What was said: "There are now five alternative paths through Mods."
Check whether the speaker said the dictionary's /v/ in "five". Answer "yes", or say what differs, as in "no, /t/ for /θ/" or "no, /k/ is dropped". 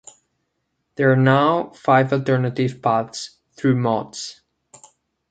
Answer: yes